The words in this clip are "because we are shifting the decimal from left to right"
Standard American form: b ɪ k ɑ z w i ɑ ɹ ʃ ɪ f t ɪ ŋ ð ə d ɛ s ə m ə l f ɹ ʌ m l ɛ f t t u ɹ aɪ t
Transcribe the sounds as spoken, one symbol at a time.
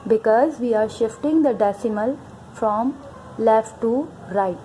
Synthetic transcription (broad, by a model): b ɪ k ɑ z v i ɑ ɹ ʃ ɪ f t ɪ ŋ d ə d ɛ s ə m ə l f ɹ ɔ m l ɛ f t t u ɹ aɪ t